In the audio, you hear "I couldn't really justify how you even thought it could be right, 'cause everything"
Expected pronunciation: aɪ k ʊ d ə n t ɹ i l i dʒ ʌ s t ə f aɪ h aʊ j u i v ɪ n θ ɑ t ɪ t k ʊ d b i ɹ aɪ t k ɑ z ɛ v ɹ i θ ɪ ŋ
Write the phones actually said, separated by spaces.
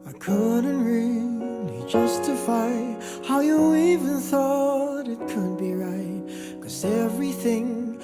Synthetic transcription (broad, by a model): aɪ k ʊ d n t ɹ i l i dʒ ʌ s t ə f aɪ h aʊ j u i v ɪ n θ ɑ t ɪ t k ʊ d b i ɹ aɪ t k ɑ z ɛ v ɹ i θ ɪ ŋ